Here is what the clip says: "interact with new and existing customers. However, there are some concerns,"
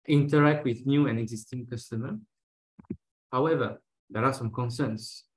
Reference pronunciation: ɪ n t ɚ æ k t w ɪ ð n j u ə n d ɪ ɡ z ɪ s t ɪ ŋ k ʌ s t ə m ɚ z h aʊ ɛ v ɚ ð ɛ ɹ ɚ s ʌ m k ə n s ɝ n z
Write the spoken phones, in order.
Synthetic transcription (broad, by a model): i n t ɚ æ k t w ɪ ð n j u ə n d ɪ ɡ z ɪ s t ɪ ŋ k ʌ s t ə m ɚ h aʊ ɛ v ɚ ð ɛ ɹ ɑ s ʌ m k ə n s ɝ n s